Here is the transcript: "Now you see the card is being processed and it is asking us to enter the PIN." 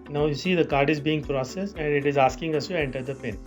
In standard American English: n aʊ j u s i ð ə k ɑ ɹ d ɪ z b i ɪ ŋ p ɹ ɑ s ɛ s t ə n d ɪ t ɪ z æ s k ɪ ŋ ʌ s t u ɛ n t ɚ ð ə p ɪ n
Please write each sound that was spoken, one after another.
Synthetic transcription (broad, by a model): n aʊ j u s i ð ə k ɑ ɹ d ɪ z b i ɪ ŋ p ɹ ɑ s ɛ s ə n d ɪ t ɪ z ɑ s k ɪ ŋ ʌ s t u ɛ n t ɚ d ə p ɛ n